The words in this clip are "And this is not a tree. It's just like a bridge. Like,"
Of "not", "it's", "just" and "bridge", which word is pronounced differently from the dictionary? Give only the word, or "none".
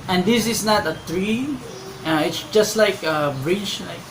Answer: bridge